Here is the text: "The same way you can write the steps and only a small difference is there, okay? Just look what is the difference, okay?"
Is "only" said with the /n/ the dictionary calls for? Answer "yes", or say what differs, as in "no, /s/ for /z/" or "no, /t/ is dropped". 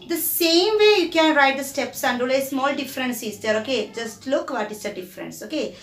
no, /n/ is dropped